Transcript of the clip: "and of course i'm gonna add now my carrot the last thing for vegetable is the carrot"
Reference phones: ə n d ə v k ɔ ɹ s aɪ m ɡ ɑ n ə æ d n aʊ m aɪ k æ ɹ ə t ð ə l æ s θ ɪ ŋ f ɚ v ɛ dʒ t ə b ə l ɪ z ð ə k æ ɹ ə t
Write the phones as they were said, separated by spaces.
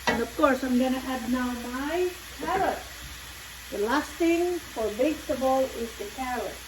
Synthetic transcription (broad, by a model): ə n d ə v k ɔ ɹ s aɪ m ɡ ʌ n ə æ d n aʊ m aɪ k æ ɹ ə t ð ə l æ s t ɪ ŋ f ɚ b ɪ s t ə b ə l ɪ z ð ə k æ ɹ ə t